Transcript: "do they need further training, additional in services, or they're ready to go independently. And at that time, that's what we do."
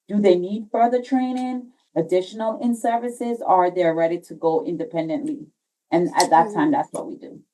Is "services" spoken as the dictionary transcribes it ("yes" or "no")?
yes